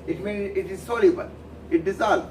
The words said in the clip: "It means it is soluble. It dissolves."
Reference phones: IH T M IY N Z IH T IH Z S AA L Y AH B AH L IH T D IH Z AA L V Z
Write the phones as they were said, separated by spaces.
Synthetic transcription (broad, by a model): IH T M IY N IH T IH Z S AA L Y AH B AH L IH T D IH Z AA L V